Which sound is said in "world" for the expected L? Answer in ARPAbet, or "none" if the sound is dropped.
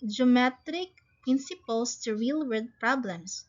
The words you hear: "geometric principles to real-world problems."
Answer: none